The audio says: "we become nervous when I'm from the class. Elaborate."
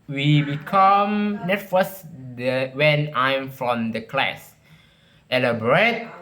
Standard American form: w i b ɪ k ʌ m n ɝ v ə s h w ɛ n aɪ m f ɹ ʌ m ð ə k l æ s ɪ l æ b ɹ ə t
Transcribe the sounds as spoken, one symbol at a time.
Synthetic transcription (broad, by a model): w i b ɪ k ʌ m n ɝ f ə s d w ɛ n aɪ m f ɹ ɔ m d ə k l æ s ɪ l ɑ b ɹ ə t